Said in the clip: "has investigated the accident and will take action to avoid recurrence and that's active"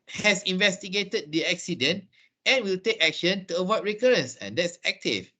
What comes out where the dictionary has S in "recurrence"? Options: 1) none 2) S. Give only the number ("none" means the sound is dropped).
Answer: 2